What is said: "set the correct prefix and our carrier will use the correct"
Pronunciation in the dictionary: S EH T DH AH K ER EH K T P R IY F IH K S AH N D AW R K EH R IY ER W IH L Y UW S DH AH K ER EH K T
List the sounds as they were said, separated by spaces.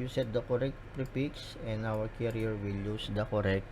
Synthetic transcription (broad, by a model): S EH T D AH K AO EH K T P R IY P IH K S AH N D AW R K EH R IY ER W IH L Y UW S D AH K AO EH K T